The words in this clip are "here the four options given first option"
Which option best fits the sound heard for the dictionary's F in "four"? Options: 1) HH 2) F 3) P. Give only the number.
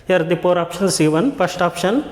3